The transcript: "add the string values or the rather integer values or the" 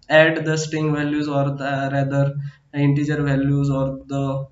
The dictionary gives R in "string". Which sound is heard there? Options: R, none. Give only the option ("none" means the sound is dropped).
none